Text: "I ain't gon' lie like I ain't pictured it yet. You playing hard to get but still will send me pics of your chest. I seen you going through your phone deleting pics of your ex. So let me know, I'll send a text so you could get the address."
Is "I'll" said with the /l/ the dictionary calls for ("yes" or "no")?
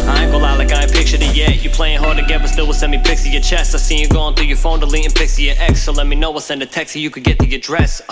no